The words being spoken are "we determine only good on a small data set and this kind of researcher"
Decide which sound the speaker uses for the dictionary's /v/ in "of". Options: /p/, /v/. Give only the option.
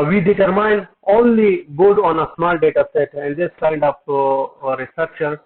/p/